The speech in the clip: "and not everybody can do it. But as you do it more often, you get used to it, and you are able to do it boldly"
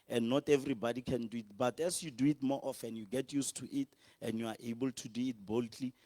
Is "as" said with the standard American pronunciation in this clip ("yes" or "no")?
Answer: no